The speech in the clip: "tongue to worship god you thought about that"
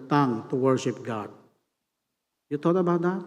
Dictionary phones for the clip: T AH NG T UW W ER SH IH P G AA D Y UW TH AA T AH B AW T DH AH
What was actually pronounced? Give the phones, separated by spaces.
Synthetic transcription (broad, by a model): T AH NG T UW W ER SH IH P G AA D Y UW T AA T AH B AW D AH